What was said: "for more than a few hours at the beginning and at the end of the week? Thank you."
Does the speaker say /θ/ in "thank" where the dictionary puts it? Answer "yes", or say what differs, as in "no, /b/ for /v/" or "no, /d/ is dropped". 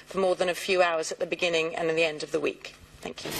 yes